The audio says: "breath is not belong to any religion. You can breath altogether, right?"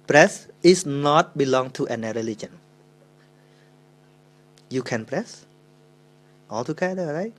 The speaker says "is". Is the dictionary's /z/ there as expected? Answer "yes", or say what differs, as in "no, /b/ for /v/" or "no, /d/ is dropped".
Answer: no, /s/ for /z/